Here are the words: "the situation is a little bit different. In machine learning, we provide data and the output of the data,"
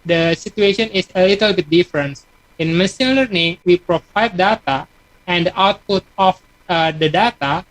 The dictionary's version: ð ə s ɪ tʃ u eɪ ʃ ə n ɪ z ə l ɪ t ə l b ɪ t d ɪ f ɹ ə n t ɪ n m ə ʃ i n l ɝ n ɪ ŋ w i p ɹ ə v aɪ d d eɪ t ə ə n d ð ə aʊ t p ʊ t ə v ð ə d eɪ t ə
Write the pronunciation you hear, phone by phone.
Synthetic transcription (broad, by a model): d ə s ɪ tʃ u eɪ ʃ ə n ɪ s ə l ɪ t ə l b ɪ t d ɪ f ɹ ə n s ɪ n m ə s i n l ɝ n ɪ ŋ w i p ɹ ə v aɪ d d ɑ t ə ə n d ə aʊ t p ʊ t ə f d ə d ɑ t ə